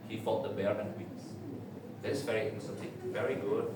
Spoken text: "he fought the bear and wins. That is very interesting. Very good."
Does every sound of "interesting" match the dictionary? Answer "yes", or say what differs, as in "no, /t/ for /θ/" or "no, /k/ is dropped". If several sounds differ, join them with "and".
no, /s/ is dropped